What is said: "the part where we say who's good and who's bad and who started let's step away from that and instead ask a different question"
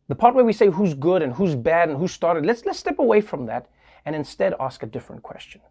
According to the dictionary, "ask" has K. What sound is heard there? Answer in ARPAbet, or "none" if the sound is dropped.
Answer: K